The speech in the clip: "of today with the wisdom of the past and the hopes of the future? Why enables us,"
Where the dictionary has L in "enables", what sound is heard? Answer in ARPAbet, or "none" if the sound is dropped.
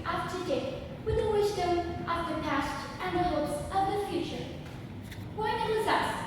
none